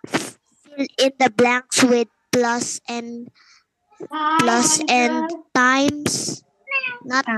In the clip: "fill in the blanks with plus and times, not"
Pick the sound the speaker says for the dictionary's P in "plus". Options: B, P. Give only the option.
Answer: P